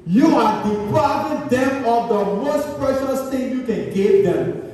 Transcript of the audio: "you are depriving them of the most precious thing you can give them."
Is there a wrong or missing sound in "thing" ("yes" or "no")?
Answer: yes